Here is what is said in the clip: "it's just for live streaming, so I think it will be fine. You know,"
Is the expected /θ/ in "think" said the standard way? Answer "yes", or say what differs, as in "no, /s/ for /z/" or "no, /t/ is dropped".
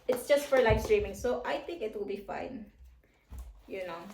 no, /t/ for /θ/